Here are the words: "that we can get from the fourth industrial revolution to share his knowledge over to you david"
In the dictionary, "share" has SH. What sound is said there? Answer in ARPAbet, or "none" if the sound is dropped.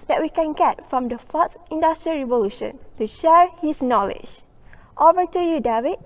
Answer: SH